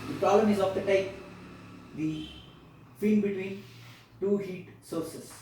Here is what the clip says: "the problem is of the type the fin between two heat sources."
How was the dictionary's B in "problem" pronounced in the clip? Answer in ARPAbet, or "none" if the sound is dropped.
none